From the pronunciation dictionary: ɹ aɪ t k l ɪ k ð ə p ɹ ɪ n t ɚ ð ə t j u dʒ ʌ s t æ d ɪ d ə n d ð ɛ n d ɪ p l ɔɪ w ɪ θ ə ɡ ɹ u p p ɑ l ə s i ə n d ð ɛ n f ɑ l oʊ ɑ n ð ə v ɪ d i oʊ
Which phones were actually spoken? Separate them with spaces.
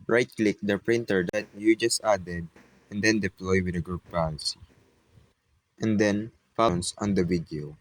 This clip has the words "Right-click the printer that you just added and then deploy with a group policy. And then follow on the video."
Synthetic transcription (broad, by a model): ɹ aɪ t k l ɪ k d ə p ɹ ɪ n t ɚ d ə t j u dʒ ʌ s t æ d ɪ d ə n d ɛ n d ɪ p l ɔɪ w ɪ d ə ɡ ɹ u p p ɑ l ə s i ə n d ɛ n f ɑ n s ɑ n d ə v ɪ d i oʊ